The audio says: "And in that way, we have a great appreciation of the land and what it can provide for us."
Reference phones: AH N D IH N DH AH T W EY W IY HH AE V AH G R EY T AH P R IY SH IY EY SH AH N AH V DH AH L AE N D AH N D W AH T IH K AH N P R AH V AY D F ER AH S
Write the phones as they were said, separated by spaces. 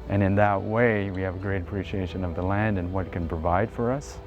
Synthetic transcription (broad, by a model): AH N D IH N DH AH T W EY W IY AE V AH G R EY T AH P R IY SH IY EY SH AH N AH V DH AH L AE N D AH N W AH T K AH N P R AH V AY D F ER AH S